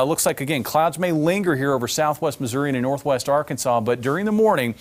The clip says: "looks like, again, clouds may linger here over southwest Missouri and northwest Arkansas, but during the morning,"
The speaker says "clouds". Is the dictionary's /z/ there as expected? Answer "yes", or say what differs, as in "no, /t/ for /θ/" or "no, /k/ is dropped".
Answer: yes